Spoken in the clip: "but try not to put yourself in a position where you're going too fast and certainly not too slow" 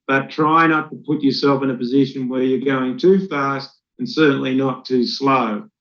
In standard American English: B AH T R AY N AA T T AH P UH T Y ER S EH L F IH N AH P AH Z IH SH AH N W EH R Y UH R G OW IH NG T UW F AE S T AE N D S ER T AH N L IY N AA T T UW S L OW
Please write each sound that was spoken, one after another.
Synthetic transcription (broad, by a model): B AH T R AY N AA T T AH P UH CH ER S EH L F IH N AH P AH Z IH SH AH N W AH R Y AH R G OW IH NG T UW F AE S T N S ER T N L IY N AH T T UW S L OW